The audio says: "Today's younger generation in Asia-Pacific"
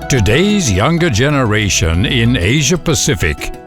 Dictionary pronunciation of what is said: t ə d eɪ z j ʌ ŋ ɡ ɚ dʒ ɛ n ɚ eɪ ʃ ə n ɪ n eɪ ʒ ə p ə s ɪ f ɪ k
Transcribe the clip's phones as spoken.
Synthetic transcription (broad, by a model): t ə d eɪ z j ʌ ŋ ɡ ɚ dʒ ɛ n ɚ eɪ ʃ ə n ɪ n eɪ ʒ ə p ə s ɪ f ɪ k